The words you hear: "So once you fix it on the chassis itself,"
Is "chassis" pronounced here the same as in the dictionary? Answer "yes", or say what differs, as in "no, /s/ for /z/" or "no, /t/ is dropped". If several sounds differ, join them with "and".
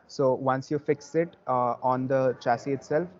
yes